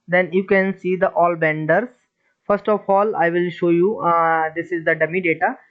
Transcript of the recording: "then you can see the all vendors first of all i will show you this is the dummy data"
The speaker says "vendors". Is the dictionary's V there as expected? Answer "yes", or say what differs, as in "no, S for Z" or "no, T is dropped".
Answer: no, B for V